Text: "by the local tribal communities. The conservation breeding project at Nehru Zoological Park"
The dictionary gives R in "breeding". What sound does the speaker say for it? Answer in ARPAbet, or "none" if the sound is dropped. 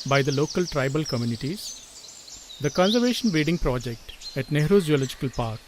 none